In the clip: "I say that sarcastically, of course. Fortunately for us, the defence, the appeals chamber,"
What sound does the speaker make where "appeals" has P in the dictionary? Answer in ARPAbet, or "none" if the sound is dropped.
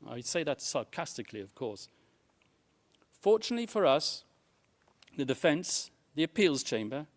P